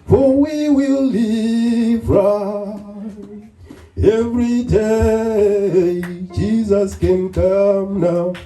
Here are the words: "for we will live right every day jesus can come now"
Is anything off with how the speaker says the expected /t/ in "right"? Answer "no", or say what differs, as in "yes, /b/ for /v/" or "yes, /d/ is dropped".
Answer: yes, /t/ is dropped